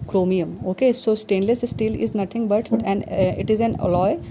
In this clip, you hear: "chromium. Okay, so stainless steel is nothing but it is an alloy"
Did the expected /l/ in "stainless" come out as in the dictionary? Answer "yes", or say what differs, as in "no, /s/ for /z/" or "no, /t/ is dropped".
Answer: yes